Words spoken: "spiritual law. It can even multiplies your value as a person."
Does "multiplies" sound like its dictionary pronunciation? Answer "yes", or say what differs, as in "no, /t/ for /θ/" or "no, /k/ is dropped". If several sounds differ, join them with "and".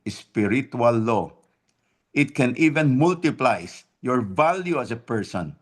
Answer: no, /s/ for /z/